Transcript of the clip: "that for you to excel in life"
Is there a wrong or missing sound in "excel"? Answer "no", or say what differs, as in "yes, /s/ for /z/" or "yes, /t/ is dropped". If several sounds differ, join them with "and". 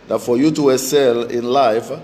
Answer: yes, /k/ is dropped